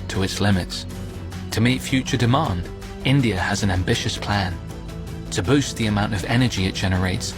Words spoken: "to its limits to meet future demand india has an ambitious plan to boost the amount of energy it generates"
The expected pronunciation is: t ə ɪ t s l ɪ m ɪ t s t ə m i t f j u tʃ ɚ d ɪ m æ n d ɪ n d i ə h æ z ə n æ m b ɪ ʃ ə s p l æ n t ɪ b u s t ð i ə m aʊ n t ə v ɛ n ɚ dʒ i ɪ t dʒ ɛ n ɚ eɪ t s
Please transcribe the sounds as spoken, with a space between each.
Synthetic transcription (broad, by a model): t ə ɪ t s l ɪ m ɪ t s t ə m i t f j u tʃ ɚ d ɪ m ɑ n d ɪ n d i ə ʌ z ə n æ m b ɪ ʃ ə s p l æ n t ɪ b u s t ð i ə m aʊ n t ə v ɛ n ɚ dʒ i ɪ t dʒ ɛ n ɚ eɪ t s